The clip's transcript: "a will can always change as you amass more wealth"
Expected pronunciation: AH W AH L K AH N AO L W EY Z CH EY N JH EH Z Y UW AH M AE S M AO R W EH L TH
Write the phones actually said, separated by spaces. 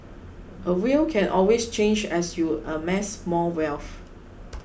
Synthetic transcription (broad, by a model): AH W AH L K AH N AO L W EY S CH EY N JH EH S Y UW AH M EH S M AO L W EH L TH